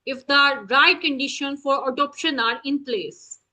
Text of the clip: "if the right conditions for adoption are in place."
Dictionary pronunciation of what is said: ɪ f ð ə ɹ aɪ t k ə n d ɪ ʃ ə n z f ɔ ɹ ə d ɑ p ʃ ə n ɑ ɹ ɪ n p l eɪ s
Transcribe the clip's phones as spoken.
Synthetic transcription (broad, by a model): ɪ f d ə ɹ aɪ t k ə n d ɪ ʃ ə n f ɔ ɹ ə d ɑ p ʃ ə n ɑ ɹ ɪ n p l eɪ s